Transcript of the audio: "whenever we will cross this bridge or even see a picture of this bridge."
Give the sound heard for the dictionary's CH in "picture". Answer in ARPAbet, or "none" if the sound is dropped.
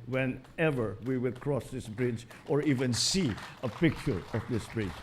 none